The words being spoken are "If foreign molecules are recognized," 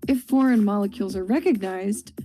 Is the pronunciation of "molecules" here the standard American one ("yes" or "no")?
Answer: yes